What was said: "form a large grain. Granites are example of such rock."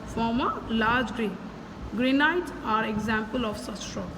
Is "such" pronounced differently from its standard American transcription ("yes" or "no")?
yes